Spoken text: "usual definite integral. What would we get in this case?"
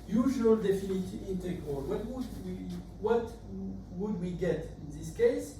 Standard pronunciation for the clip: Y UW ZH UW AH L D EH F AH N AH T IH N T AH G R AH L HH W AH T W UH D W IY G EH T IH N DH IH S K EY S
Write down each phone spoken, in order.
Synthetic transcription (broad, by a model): Y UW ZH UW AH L D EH F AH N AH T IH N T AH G W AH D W W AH T W UH D W IY G EH T IH N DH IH S K EY S